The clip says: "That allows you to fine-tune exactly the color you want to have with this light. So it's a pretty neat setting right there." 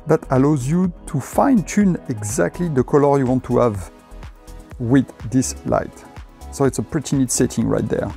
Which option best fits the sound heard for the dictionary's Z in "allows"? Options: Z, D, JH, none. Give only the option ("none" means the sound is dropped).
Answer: Z